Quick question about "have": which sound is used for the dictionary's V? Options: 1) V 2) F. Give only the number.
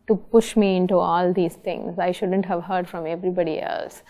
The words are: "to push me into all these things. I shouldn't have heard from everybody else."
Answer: 1